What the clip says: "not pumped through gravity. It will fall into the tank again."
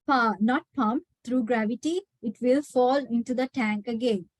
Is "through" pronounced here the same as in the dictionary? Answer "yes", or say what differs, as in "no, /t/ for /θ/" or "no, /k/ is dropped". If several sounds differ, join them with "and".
no, /t/ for /θ/